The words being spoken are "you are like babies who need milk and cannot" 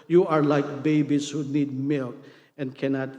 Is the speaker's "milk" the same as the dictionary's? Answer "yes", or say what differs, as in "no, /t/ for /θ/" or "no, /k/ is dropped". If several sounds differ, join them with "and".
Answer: yes